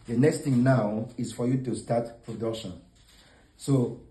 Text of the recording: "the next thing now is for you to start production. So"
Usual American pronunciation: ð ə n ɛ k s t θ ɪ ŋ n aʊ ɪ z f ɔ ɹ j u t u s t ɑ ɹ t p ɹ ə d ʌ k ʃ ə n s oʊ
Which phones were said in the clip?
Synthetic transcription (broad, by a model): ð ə n ɛ k s t θ ɪ ŋ n aʊ ɪ z f ɔ ɹ j u t u s t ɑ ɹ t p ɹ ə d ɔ ʃ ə n s oʊ